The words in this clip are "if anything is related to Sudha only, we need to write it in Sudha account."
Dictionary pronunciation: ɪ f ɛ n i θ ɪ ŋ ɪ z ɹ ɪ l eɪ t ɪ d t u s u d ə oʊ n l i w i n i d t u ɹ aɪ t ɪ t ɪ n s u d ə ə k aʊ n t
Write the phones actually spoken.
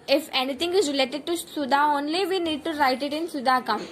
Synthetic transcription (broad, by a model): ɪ f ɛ n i t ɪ ŋ ɪ z ɹ ɪ l eɪ t ɪ d t u s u d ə oʊ n l i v i n i d t u ɹ aɪ t ɪ t ɪ n s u d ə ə k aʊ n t